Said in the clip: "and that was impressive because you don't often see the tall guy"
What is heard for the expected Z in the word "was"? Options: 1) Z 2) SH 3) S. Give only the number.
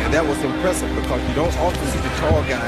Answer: 1